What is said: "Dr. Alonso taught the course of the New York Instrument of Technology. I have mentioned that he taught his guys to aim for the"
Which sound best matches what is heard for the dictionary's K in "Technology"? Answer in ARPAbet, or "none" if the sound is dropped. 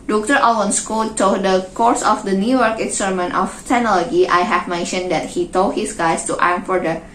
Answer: none